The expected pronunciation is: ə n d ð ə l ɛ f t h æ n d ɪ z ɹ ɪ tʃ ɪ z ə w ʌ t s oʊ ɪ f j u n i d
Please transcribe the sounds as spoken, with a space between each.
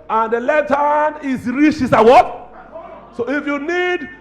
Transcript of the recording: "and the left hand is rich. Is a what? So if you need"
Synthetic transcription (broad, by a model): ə n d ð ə l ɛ t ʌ n ɪ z ɹ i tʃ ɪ s ə w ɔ t s oʊ ɪ f j u n i d